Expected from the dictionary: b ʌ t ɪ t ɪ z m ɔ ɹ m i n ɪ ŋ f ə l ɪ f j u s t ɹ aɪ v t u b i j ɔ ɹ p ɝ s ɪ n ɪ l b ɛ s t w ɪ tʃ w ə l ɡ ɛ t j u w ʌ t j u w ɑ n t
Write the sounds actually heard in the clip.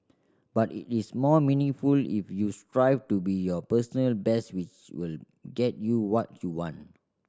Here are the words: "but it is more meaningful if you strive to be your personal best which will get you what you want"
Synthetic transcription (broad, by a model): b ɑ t ɪ t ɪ s m ɔ m i n ɪ ŋ f ə l ɪ f j u s t ɹ aɪ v t u b i j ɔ p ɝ s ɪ n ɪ l b ɛ s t w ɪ tʃ w ə l ɡ ɛ t j u w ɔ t j u w ɑ n t